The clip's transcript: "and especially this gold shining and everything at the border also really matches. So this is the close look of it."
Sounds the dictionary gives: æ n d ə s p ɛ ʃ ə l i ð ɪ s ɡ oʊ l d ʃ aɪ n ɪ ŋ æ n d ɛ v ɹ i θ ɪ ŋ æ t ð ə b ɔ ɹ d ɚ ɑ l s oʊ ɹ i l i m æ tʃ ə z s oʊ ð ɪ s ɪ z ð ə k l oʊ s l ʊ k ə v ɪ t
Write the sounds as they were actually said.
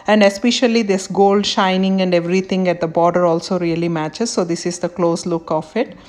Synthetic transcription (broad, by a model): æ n d ə s p ɛ ʃ ə l i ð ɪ s ɡ oʊ l d ʃ aɪ n ɪ ŋ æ n d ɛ v ɹ i t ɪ ŋ æ t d ə b ɔ ɹ d ɚ ɑ l s oʊ ɹ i l i m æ tʃ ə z s oʊ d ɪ s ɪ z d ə k l oʊ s l ʊ k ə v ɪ t